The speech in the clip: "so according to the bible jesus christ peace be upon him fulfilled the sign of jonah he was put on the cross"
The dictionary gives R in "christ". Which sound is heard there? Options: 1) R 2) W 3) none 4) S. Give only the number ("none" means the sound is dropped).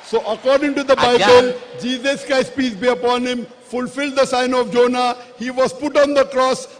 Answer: 3